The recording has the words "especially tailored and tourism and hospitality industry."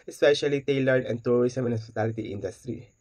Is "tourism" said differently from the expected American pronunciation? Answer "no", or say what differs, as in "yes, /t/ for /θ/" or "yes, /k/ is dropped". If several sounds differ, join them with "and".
yes, /s/ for /z/